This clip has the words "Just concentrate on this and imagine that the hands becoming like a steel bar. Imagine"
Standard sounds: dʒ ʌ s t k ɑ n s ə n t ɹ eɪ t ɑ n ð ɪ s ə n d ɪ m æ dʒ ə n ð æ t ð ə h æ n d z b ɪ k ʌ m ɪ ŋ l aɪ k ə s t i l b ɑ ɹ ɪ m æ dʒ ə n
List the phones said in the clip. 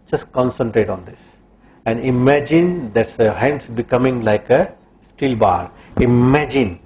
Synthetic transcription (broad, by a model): dʒ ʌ s t k ɑ n s ə n t ɹ eɪ t ɑ n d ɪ s ə n d ɪ m æ dʒ ə n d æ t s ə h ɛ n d s b ɪ k ʌ m ɪ ŋ l aɪ k ə s t i l b ɑ ɹ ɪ m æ dʒ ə n